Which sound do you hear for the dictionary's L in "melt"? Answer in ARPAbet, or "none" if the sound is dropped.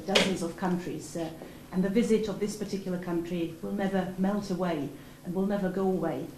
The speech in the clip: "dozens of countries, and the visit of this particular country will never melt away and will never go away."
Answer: L